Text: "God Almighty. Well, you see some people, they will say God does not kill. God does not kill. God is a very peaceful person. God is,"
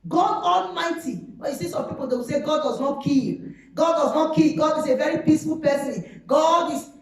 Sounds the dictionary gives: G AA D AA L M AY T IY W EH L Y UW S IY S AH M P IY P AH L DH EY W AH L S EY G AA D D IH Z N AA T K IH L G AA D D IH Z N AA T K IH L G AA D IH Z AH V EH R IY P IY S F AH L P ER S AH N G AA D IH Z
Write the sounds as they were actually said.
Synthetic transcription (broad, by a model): G AA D AA L M AY T IY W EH N Y UW S IY S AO M P IY P AH L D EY W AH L S EY G AA D D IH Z N AA T K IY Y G AA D D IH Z N AA T K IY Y G AA D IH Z AH V EH R IY P IY S F AH L P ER S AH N G AA D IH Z